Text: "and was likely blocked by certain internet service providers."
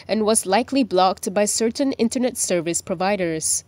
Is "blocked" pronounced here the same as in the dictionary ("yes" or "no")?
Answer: yes